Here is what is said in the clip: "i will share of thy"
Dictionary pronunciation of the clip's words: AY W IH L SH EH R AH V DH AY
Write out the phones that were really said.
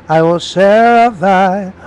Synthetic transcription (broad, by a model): AY W IH L S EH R AH V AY